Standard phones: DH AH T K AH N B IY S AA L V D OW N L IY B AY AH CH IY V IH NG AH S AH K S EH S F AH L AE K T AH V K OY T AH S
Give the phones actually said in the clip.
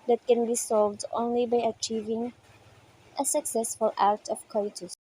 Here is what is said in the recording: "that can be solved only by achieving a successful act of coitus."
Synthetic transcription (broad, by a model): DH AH T K AH N B IY S AA L V D OW N L IY B AY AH CH IY V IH NG AH S AH K S EH S F AH L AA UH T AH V K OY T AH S